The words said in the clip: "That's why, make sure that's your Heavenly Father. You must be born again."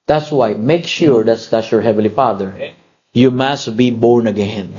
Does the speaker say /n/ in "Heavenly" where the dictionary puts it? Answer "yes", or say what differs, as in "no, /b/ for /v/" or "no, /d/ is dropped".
no, /n/ is dropped